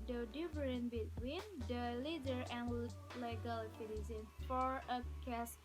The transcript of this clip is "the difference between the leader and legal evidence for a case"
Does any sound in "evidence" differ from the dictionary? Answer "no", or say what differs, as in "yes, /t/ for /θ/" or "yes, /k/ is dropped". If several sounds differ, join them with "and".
yes, /s/ is dropped